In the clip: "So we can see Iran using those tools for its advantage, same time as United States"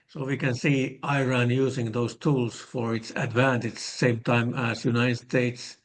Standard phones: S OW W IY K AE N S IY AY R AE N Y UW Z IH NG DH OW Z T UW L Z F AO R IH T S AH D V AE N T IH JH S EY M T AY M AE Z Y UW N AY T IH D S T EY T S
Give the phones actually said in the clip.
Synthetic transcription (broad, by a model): S OW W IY K AE N S IY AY R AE N Y UW S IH NG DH OW S T UW L S F AO R IH T S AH D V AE N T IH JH S EY M T AY M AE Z Y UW N AY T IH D S T EY T S